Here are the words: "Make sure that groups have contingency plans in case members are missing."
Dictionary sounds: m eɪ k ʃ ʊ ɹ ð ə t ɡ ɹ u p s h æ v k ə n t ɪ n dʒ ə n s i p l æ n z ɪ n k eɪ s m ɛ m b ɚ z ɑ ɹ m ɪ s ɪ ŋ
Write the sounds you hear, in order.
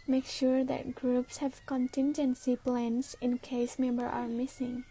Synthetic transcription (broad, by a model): m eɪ k ʃ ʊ ɹ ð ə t ɡ ɹ u p s h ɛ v k ə n t ɪ n dʒ ə n s i p l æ n s ɪ n k eɪ s m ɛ m b ɚ ɑ ɹ m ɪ s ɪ ŋ